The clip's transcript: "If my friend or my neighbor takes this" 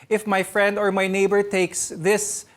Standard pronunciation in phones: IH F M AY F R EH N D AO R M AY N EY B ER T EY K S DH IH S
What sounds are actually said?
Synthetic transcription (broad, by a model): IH F M AY F R EH N D AO R M AY N EY B ER T EY K S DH IH S